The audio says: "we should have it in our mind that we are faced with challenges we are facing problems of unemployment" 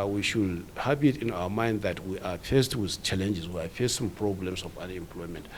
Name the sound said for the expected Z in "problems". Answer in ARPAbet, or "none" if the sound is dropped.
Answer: S